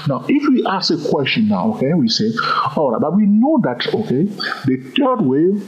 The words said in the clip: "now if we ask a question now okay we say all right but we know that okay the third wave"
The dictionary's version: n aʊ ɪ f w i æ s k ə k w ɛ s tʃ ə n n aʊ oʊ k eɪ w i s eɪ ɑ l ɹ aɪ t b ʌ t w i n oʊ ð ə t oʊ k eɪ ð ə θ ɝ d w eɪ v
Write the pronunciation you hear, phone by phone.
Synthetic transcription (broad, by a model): n aʊ ɪ f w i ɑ s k ə k w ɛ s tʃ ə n n aʊ oʊ k eɪ w i s eɪ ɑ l ɹ aɪ t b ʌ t w i n oʊ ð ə t oʊ k eɪ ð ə t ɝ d w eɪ